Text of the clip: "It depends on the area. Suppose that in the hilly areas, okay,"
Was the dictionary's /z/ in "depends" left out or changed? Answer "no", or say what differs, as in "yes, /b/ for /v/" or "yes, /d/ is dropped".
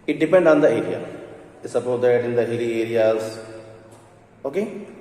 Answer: yes, /z/ is dropped